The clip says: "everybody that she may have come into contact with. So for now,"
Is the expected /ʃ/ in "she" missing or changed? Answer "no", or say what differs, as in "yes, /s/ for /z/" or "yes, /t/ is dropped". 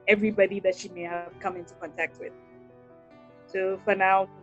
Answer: no